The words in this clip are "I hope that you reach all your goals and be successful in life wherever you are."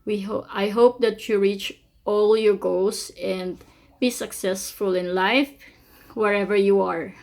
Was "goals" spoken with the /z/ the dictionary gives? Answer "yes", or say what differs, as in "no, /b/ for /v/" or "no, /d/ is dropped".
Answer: no, /s/ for /z/